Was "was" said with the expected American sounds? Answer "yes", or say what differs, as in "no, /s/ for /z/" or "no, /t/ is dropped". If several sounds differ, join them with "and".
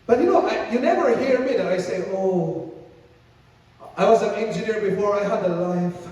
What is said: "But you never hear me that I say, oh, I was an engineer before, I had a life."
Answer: yes